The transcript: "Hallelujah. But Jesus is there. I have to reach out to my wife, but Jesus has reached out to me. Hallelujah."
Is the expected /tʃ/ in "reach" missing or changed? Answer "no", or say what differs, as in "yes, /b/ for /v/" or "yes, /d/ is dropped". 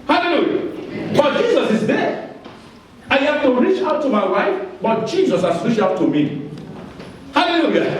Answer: no